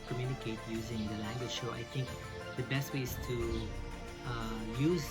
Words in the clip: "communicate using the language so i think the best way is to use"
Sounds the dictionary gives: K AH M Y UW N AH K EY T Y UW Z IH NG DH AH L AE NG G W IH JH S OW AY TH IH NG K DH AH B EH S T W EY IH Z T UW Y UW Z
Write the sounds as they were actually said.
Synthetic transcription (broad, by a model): K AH M Y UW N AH K EY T Y UW Z IH NG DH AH L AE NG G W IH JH SH OW AY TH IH NG K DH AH B EH S T W EY IH Z T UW Y UW Z